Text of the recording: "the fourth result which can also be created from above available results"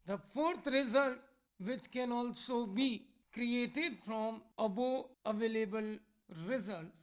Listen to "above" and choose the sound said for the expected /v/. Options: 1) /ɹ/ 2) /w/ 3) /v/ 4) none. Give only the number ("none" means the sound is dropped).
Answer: 4